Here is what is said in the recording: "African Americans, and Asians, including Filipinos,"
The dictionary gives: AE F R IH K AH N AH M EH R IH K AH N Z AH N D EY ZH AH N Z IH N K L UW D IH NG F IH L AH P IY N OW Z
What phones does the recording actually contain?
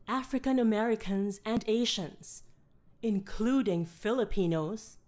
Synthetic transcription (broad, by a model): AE F R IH K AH N AH M EH R IH K AH N Z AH N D EY SH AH N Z IH N K L UW D IH NG F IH L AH P IY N OW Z